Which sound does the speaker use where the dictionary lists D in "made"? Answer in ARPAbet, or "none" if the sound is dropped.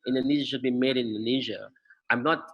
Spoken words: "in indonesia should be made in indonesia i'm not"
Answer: none